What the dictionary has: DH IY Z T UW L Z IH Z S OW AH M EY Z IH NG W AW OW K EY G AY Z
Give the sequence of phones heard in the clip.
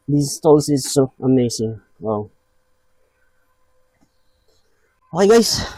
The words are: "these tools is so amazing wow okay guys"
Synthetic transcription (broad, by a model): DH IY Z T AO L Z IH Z S OW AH M EY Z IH NG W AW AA IH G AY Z